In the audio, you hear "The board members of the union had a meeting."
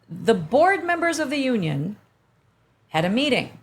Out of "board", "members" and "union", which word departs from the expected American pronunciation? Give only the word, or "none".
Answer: none